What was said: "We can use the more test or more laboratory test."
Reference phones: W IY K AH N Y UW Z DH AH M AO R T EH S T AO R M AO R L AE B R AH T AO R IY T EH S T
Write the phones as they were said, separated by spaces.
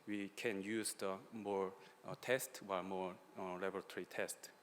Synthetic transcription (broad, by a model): W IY K AH N Y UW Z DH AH M AO R T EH S T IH L M AO R L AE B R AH T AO R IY T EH S T